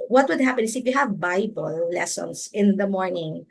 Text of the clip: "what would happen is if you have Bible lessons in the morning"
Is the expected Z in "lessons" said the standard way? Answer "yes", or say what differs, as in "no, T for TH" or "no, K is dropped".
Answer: no, S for Z